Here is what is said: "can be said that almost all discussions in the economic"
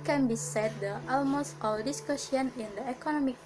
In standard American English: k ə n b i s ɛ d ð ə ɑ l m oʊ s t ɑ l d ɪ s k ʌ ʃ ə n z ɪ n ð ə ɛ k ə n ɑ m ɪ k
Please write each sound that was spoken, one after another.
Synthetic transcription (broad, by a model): k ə n b i s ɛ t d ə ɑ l m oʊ s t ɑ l d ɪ s k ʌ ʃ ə n ɪ n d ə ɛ k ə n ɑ m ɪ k